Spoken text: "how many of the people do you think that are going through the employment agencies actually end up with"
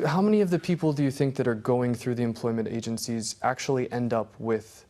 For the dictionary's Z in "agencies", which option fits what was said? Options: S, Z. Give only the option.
Z